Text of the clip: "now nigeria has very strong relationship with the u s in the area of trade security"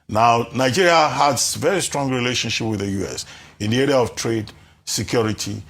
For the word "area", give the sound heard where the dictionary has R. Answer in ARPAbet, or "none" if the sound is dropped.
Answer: R